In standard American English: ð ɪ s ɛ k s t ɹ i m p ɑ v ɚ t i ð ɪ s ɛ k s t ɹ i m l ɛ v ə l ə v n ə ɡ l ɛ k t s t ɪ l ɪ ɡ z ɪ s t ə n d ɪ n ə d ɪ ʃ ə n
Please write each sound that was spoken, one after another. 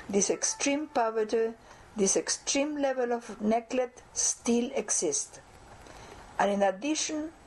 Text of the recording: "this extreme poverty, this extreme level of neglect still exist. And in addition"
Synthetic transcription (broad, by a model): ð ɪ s ɛ k s t ɹ i m p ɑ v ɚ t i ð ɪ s ɛ k s t ɹ i m l ɛ v ə l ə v n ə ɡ l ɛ t s t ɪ l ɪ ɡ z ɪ s t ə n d ɪ n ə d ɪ ʃ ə n